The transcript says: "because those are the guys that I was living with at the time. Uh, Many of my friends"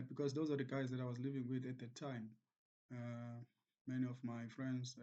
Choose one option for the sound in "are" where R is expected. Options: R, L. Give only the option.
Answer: R